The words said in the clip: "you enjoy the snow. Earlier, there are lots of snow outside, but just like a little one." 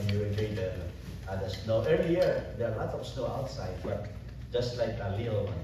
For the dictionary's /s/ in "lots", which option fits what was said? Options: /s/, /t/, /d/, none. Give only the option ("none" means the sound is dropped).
none